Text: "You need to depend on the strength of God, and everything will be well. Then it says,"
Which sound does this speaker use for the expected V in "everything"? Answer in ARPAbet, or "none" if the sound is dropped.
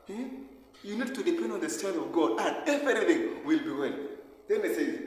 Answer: none